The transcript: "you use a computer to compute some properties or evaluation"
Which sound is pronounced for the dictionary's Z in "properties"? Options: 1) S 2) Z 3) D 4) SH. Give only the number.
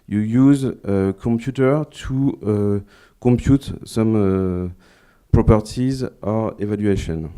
2